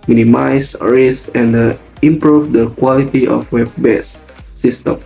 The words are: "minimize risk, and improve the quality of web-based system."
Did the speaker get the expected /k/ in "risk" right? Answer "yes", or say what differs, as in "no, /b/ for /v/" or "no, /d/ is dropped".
no, /k/ is dropped